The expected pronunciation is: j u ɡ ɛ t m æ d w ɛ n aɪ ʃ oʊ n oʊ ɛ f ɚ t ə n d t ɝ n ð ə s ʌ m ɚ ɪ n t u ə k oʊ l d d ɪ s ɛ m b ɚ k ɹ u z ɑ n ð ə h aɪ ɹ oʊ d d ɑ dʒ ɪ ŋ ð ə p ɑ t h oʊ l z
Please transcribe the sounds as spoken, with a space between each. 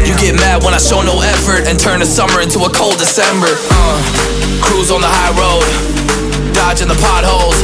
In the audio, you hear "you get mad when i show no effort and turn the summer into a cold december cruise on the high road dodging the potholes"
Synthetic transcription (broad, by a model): j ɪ ɡ ɛ t m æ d w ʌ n aɪ ʃ oʊ n oʊ ɛ f ɚ t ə n t ɝ n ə s ʌ m ɚ ɪ n t u ə k oʊ l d d ɪ s ɛ m b ɚ k ɹ u z n ð ə h aɪ ɹ oʊ d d ɑ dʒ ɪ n ð ə p ɑ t h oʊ l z